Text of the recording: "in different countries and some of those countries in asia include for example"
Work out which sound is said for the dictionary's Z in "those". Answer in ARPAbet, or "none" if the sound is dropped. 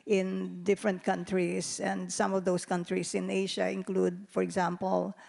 S